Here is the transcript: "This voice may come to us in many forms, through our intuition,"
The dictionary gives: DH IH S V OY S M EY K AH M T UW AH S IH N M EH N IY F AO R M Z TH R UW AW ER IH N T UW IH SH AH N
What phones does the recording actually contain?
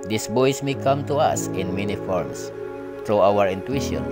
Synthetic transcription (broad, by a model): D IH S B OY S M EY K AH M T UW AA S IH N M EH N IY F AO R M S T R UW AW ER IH N T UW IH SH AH N